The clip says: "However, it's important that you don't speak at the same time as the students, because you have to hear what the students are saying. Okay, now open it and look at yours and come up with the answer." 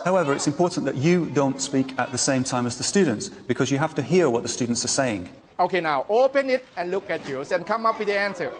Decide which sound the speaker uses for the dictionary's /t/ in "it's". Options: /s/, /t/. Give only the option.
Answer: /t/